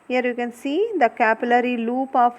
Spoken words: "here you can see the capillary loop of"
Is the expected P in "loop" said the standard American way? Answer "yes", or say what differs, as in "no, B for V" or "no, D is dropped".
yes